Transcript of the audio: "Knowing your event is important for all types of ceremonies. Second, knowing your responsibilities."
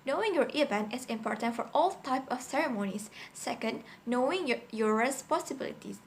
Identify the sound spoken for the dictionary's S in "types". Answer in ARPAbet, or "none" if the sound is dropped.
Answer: none